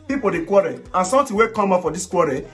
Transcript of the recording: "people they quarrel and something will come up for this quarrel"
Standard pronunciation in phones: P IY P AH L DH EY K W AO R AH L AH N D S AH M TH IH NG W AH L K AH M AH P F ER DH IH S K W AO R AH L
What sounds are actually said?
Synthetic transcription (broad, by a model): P IY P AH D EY K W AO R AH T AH N S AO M T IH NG W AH K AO M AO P F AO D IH S K W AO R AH